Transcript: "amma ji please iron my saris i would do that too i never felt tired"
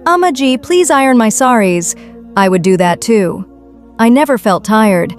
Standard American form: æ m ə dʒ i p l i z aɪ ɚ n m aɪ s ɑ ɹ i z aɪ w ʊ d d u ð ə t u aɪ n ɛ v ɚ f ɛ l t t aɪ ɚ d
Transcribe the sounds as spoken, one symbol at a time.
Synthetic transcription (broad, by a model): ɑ m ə dʒ i p l i z aɪ ɚ n m aɪ s ɑ ɹ i z aɪ w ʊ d d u ð ə t u aɪ n ɛ v ɚ f ɛ l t t aɪ ɚ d